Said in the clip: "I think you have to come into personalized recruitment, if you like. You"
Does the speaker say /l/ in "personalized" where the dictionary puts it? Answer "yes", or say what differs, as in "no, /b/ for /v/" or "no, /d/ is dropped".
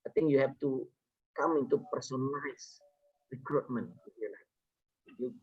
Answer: no, /l/ is dropped